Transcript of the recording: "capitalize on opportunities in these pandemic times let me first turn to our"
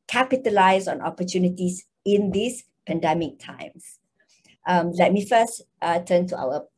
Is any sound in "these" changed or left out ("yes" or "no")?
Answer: yes